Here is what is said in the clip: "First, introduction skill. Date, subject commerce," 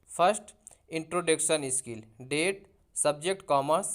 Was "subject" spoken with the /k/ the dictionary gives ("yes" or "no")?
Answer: yes